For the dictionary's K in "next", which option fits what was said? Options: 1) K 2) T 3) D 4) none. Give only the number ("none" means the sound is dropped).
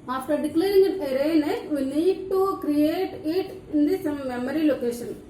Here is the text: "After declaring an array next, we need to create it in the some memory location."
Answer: 4